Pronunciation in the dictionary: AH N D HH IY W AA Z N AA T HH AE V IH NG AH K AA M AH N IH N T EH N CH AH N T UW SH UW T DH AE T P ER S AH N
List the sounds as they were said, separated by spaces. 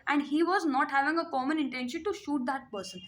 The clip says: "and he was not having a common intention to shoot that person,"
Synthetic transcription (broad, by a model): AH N D HH IY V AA Z N AA T HH AE V IH NG AH K AA M AH N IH N T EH N SH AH N T UW SH UW T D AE T P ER S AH N